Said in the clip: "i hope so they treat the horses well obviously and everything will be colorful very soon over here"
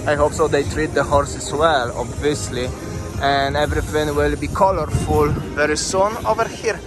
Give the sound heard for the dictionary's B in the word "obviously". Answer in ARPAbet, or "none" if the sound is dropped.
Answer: B